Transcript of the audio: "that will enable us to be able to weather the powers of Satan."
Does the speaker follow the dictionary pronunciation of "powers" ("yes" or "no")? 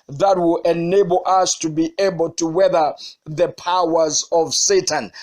yes